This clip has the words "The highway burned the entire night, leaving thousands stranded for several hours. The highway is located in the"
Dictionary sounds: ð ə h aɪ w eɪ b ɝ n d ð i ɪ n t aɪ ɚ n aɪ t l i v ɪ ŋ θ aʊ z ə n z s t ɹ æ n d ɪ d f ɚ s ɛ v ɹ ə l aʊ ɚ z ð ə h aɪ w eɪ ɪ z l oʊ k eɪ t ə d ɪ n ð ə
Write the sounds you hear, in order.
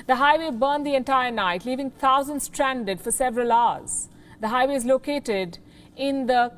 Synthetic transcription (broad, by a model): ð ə h aɪ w eɪ b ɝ n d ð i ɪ n t aɪ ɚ n aɪ t l i v ɪ ŋ t aʊ z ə n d s t ɹ æ n d ɪ d f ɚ s ɛ v ɹ ə l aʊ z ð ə h aɪ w eɪ ɪ z l oʊ k eɪ t ə d ɪ n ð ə